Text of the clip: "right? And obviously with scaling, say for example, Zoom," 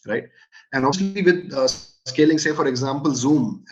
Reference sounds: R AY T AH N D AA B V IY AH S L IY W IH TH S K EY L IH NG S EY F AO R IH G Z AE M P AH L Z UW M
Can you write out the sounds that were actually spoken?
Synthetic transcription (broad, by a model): R AY T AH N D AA V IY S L IY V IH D S K EY L IH NG S EY F AO R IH G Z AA M P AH L Z UW M